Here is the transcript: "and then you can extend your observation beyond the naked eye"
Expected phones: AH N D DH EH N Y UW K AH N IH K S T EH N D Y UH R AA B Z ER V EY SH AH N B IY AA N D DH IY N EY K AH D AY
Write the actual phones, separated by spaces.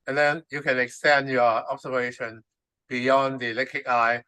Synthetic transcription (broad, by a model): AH N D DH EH N Y UW K AH N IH K S T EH N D Y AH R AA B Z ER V EY SH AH N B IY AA N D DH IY L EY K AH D AY